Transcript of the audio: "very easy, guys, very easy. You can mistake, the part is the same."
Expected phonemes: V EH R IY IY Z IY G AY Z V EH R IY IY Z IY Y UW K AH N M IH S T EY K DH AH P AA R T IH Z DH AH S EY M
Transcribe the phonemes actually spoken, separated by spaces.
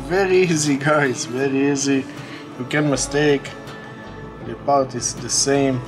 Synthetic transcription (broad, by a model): V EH R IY IY Z IY G AY S V EH R IY IY Z IY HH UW K AH N M IH S T EY K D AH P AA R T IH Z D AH S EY M